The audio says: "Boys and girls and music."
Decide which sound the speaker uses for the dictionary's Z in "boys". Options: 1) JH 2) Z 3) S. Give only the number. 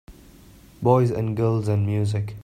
2